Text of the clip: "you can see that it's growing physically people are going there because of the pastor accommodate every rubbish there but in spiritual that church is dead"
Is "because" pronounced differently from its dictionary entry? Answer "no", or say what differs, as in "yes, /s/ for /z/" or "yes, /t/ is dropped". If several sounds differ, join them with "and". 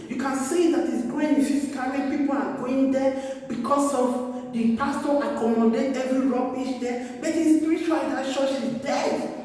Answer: yes, /s/ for /z/